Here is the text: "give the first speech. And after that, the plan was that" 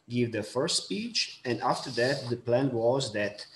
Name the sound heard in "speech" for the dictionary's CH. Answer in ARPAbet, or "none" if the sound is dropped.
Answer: CH